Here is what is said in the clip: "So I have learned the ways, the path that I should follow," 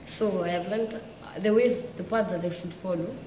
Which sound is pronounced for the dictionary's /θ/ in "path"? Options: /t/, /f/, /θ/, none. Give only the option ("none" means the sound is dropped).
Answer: /t/